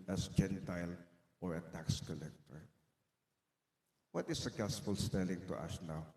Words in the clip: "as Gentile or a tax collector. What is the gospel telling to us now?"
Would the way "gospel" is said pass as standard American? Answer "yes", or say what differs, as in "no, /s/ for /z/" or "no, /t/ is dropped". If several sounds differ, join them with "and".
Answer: no, /f/ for /p/